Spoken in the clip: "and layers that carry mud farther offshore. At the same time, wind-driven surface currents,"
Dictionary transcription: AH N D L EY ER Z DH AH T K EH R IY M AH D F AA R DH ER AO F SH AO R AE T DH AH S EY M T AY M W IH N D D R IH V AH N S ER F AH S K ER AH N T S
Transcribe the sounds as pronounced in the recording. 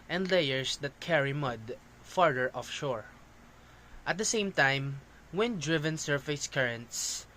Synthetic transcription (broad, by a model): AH N D L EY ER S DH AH T K EH R IY M AH D F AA R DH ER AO F SH AO R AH T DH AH S EY M T AY M W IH N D D R IH V AH N S ER F AH S K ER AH N T S